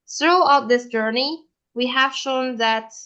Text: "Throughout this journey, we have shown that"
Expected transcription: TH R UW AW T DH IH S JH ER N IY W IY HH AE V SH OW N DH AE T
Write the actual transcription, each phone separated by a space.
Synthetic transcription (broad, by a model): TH R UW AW T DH IH S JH ER N IY W IY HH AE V SH OW N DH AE T